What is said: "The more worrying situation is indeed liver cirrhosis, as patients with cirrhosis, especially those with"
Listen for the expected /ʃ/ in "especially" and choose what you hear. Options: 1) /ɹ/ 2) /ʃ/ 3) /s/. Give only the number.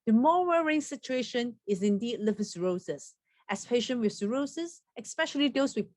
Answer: 2